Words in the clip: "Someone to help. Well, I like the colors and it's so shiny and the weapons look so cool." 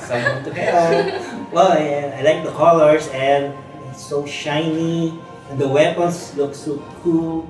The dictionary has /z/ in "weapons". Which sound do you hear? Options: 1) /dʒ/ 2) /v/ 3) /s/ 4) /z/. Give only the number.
3